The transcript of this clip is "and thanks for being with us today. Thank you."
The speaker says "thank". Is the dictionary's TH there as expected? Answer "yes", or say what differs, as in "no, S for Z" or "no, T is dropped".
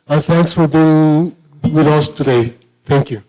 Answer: no, T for TH